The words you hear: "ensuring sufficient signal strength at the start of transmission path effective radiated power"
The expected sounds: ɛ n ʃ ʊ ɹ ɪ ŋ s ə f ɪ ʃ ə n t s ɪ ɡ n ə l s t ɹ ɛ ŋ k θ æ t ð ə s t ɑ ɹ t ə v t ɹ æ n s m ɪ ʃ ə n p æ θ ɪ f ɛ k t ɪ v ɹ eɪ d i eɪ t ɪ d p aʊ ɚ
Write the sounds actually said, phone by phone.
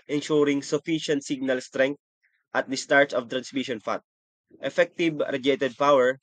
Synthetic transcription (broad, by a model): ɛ n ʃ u ɹ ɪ ŋ s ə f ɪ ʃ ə n t s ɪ ɡ n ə l s t ɹ ɛ ŋ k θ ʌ t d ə s t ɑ ɹ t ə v t ɹ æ n s m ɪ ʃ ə n f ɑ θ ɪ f ɛ k t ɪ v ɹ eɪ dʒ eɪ t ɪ d p aʊ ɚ